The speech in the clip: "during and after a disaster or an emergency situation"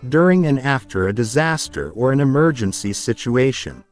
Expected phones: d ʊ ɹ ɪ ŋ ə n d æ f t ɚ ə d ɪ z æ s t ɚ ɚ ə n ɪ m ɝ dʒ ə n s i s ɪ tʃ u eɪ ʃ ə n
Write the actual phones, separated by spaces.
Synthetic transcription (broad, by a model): d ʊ ɹ ɪ ŋ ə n æ f t ɚ ə d ɪ z æ s t ɚ ɚ ə n ɪ m ɝ dʒ ə n s i s ɪ tʃ u eɪ ʃ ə n